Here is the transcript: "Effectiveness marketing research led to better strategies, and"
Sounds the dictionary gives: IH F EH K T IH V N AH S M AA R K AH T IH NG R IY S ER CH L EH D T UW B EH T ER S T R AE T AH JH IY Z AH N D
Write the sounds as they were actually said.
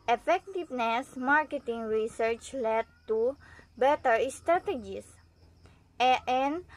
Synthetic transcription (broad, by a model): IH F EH K T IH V N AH S M AA R K AH T IH NG R IY S ER CH L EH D T UW B EH T ER S T R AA T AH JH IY S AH N